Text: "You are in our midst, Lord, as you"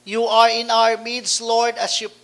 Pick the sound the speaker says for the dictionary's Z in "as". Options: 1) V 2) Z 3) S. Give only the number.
3